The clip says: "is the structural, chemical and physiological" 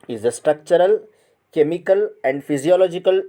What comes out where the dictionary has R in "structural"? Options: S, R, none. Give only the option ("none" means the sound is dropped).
R